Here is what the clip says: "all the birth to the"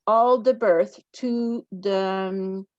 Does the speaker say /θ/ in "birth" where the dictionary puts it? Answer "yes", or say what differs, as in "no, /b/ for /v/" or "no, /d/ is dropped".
yes